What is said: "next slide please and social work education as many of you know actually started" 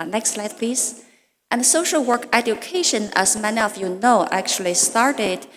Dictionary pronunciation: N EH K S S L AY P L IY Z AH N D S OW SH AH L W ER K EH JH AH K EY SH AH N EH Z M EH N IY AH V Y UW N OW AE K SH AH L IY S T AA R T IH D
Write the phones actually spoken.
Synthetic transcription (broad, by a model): N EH K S S L AY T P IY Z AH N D S OW SH AH L W ER K EH JH AH K EY SH AH N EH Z M EH N IY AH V Y UW N OW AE K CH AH L IY S T AA R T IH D